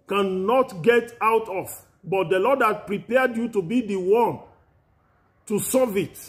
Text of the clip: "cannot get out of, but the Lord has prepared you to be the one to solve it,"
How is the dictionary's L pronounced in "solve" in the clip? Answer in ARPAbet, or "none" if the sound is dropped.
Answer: none